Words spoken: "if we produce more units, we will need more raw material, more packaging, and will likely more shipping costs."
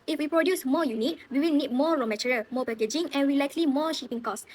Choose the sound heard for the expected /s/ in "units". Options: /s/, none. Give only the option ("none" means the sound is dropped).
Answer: none